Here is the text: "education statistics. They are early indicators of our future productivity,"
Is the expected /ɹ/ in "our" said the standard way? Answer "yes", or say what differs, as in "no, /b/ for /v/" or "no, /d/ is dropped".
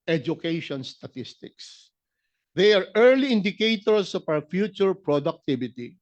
no, /w/ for /ɹ/